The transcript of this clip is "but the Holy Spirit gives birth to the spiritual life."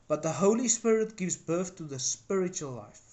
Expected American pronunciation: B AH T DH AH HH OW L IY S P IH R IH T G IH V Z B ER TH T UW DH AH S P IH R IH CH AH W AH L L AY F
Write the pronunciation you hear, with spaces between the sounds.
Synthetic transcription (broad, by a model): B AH T DH AH HH OW L IY S P IH R IH T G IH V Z B ER TH T UW DH AH S P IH R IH CH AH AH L L AY F